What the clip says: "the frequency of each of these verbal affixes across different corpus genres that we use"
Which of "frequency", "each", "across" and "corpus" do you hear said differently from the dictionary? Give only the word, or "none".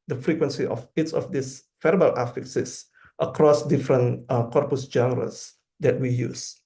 each